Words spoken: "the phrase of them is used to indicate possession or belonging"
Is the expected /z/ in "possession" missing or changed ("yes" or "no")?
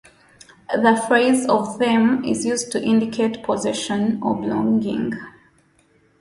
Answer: no